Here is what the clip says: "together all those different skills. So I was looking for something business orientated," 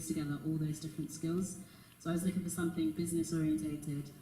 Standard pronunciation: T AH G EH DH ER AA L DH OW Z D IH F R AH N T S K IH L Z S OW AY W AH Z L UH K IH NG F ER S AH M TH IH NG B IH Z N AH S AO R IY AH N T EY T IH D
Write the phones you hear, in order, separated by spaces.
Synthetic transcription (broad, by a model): T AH G EH DH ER AA L DH OW Z D IH F R AH N T S K IH L Z S OW AY W AH Z L UH K IH NG F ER S AH M TH IH NG B IH Z N AH S AO R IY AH N T EY T IH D